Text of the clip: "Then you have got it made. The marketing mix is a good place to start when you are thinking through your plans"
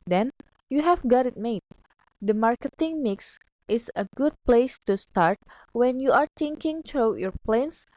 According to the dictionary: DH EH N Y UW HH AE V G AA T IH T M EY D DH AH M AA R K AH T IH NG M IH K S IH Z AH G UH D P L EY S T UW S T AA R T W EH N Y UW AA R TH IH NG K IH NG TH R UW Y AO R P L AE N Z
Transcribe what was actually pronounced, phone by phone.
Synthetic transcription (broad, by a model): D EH N Y UW HH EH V G AA T IH T M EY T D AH M AA R K AH T IH NG M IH K S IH S AH G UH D P L EY S T UW S T AA R T W EH N Y UW AA R T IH NG K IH NG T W Y AO R P L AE N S